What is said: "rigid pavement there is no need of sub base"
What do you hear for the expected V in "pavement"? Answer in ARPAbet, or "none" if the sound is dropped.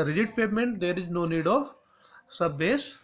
none